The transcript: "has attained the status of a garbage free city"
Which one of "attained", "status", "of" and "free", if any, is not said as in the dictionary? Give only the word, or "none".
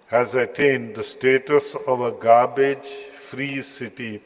none